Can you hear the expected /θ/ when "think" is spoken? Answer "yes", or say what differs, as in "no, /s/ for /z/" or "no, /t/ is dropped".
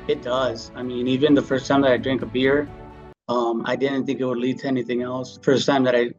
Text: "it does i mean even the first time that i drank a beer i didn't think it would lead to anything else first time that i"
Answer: yes